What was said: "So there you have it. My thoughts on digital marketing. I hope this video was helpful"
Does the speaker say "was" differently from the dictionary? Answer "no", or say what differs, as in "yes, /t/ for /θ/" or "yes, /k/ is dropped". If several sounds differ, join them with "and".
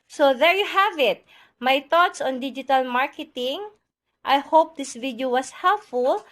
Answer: yes, /s/ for /z/